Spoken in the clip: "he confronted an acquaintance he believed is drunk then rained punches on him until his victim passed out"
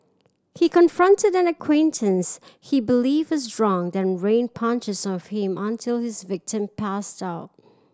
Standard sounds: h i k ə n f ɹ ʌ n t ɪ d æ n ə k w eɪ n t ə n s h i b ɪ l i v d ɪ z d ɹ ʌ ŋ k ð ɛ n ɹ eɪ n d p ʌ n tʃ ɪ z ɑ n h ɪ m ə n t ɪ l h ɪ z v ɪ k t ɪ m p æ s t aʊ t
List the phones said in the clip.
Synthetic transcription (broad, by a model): h i k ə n f ɹ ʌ n t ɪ d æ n ə k w eɪ n t ə n s h i b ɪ l i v ɪ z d ɹ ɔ ŋ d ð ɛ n ɹ eɪ n p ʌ n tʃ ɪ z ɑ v h ɪ m ə n t ɪ l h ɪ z v ɪ k t ɪ m p æ s t aʊ t